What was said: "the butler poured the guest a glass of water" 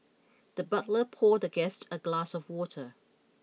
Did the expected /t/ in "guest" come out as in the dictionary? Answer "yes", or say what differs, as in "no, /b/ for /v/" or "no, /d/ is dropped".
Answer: yes